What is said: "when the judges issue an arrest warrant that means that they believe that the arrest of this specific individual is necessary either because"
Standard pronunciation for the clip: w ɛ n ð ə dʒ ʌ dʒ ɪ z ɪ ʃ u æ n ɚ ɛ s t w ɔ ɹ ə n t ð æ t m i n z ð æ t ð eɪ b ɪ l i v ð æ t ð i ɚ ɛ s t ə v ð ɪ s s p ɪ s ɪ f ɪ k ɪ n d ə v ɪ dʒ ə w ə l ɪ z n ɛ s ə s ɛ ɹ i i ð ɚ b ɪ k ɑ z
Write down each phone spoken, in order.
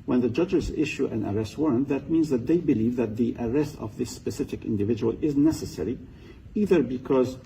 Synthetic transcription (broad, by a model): w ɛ n ð ə dʒ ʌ dʒ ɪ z ɪ ʃ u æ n ɚ ɛ s t w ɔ ɹ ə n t ð æ t m i n z ð æ t ð eɪ b ɪ l i v ð æ t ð i ɚ ɛ s t ə v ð ɪ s s p ɪ s ɪ f ɪ k ɪ n d ə v ɪ dʒ ə w ə l ɪ z n ɛ s ə s ɛ ɹ i i ð ɚ b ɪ k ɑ z